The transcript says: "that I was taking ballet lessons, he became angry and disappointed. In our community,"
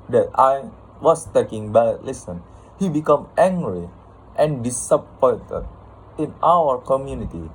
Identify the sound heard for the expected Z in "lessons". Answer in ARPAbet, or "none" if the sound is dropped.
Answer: none